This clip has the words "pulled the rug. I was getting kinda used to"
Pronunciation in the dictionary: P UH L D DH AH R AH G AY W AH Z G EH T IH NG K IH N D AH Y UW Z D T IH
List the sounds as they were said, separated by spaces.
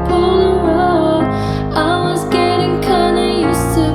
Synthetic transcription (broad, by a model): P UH L DH AH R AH AY W AH Z G EH T IH NG K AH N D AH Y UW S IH